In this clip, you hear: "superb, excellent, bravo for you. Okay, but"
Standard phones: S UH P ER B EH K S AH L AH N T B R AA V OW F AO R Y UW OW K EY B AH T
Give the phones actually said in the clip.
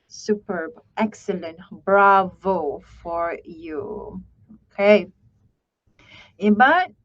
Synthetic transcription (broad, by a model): S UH P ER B EH K S AH L AH N T B R AA V OW F AO R Y UW OW K EY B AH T